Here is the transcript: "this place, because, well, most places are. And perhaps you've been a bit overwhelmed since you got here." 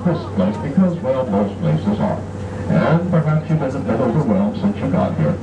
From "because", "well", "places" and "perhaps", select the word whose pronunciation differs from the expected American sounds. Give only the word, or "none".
none